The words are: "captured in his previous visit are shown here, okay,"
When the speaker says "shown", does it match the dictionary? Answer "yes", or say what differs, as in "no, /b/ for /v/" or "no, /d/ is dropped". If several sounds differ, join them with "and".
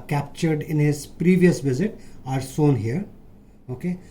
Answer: no, /s/ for /ʃ/